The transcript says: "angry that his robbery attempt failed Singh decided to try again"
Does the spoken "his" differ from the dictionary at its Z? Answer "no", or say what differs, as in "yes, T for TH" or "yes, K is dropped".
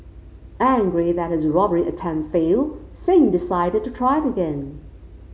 no